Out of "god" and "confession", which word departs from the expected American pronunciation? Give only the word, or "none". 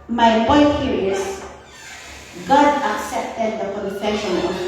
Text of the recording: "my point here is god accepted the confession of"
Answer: none